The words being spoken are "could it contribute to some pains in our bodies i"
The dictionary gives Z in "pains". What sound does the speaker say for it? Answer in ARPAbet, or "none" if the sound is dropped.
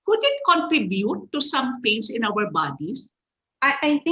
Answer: S